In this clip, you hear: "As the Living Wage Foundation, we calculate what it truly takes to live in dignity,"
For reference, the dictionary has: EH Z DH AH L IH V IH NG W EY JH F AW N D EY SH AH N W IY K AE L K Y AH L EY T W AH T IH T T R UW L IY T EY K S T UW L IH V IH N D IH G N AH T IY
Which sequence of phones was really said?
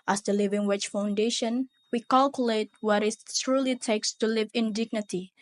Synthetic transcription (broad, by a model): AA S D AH L IH V IH NG W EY CH F AW N D EY SH AH N W IY K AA L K Y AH L EY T W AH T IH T T R UW L IY T EY K S T UW L IH V IH N D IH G N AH T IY